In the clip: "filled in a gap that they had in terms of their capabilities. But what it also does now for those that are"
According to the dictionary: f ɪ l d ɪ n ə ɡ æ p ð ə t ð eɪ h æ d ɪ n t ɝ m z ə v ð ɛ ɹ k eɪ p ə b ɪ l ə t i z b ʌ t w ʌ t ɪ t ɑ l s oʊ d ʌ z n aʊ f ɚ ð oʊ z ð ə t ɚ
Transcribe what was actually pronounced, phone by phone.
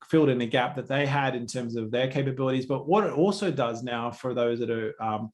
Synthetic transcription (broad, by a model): f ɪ l d ɪ n ə ɡ æ p ð ə t ð eɪ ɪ d ɪ n t ɝ m z ə v ð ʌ ɹ k eɪ p ə b ɪ l ə t i z b ʌ t w ʌ t ɪ t ɑ l s oʊ d ʌ z n aʊ f ɚ ð oʊ z ð ə t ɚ